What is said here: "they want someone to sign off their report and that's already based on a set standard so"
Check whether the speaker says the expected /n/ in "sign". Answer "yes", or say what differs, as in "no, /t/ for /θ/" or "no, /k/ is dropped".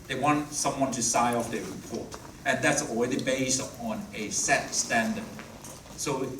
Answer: no, /n/ is dropped